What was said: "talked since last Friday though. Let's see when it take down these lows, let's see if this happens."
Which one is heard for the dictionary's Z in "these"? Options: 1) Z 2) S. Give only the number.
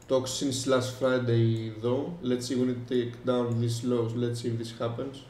2